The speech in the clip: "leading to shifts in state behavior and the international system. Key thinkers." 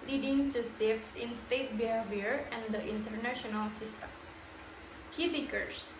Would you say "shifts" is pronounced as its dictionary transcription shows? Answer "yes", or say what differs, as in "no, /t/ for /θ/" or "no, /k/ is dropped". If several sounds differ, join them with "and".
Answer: no, /s/ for /ʃ/